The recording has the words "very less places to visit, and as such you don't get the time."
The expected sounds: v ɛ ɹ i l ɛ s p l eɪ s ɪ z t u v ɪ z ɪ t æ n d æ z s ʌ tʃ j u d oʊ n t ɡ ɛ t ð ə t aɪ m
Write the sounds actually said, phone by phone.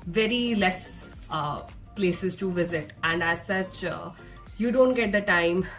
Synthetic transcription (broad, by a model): v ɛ ɹ i l ɛ s p l eɪ s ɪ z t u v ɪ z ɪ t æ n d æ z s ʌ tʃ j u d oʊ n t ɡ ɛ t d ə t aɪ m